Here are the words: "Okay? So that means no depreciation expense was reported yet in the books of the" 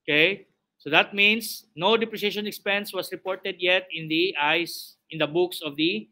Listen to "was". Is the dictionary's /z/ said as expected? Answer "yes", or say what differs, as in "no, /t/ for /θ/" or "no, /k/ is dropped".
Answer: no, /s/ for /z/